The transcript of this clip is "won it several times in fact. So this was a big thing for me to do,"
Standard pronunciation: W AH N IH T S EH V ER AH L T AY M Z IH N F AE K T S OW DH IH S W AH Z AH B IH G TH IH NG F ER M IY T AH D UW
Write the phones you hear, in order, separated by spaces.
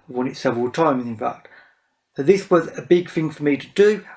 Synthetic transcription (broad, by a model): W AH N IH T S EH V ER AH L T AY M Z IH N F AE K T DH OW DH IH S W AH Z AH B IH G TH IH NG F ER M IY T AH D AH